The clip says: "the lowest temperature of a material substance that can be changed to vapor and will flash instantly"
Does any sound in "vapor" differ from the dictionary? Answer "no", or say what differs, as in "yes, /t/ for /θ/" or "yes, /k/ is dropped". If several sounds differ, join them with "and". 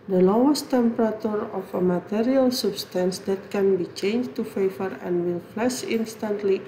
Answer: yes, /f/ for /v/